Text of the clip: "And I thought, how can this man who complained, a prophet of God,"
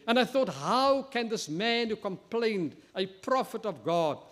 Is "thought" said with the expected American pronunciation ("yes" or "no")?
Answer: yes